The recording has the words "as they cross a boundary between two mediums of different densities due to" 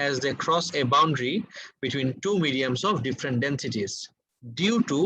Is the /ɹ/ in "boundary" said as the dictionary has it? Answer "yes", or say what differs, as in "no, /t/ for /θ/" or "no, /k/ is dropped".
yes